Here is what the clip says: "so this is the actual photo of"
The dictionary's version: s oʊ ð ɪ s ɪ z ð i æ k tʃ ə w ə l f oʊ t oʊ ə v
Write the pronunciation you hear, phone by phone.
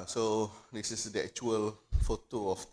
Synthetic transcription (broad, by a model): s oʊ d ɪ s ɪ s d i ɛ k tʃ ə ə l f oʊ t oʊ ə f